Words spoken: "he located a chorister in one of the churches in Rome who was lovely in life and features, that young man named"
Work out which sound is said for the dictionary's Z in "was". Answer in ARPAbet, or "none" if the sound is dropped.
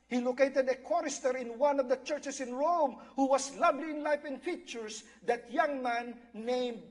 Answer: S